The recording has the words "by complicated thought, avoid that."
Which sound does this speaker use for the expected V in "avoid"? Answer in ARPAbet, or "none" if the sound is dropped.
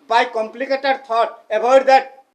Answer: B